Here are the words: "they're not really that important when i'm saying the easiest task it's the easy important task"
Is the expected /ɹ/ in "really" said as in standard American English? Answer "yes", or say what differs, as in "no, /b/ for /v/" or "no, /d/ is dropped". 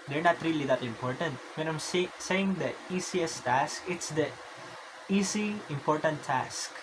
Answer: yes